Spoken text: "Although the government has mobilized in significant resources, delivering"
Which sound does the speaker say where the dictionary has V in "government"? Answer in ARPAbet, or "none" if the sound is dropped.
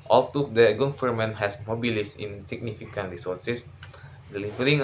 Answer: F